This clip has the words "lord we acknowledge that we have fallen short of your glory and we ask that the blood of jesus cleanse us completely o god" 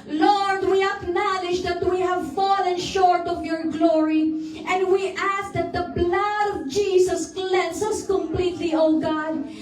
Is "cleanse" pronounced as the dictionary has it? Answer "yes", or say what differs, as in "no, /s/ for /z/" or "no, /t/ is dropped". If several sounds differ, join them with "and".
no, /s/ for /z/